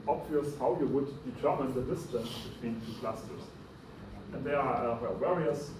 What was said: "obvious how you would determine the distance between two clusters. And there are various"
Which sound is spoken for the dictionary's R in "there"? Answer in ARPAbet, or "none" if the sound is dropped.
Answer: W